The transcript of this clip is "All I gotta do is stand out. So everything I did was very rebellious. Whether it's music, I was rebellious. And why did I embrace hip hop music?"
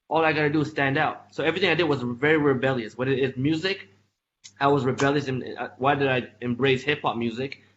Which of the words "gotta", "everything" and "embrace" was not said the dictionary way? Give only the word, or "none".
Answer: none